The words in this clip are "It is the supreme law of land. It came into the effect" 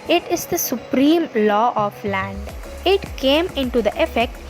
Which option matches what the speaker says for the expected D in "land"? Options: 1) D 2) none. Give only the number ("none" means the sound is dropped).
1